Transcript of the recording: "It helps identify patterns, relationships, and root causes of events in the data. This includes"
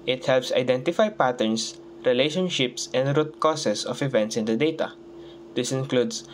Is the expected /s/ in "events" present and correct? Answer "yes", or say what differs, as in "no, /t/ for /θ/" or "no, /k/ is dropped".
yes